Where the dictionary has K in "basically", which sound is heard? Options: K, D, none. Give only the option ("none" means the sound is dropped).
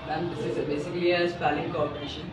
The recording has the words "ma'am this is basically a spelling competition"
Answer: none